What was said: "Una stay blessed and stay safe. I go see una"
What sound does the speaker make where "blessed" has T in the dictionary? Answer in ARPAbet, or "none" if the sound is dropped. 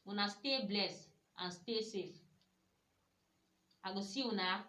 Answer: none